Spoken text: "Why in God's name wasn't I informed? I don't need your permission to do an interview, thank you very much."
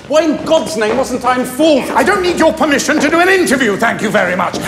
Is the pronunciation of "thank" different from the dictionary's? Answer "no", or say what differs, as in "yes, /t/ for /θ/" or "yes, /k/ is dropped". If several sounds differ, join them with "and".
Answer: no